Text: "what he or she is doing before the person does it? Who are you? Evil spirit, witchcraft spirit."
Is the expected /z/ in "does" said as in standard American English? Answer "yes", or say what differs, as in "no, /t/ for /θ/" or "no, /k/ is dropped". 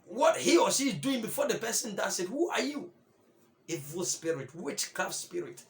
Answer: no, /s/ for /z/